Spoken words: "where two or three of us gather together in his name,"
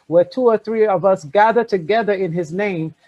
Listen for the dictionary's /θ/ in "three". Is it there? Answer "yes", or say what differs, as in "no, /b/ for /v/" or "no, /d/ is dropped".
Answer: yes